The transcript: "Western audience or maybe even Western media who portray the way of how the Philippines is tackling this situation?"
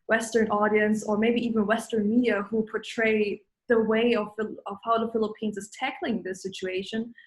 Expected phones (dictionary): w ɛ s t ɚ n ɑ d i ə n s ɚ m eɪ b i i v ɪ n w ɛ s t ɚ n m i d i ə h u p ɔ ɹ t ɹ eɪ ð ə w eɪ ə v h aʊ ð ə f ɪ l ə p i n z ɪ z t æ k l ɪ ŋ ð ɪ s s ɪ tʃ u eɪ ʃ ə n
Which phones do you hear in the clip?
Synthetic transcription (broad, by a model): w ɛ s t ɚ n ɑ d i ə n s ɚ m eɪ b i i v ɪ n w ɛ s t ɚ n m i d i ə h u p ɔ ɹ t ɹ eɪ ð ə w eɪ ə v h aʊ ð ə f ɪ l ə p i n z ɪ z t æ k l ɪ ŋ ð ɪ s s ɪ tʃ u eɪ ʃ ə n